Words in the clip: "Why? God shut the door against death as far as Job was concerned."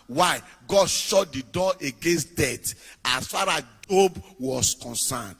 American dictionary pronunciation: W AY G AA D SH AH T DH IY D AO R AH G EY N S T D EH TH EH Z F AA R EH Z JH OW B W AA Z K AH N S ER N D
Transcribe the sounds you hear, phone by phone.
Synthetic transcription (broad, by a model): W AY G AA D SH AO T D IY D AO AH G EY N S T D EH T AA S F AA R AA S JH OW B W AA S K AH N S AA N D